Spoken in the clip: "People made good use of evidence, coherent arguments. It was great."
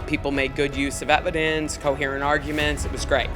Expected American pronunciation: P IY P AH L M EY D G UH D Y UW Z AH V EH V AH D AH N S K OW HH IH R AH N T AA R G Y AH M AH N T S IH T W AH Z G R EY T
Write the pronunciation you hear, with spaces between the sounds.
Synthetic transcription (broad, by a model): P IY P L M EY D G UH D Y UW Z AH V EH V AH D AH N S K OW HH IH R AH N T AA R G Y AH M AH N T S IH T W AH Z G R EY T